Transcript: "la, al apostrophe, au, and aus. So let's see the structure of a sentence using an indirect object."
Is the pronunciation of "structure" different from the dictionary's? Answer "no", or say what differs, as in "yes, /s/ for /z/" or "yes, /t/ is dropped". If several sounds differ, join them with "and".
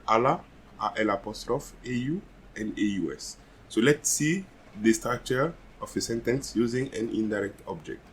yes, /ɹ/ is dropped and /k/ is dropped